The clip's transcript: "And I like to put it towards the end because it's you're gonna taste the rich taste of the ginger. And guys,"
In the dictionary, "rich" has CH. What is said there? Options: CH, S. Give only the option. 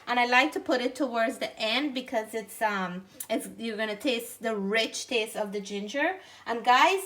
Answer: CH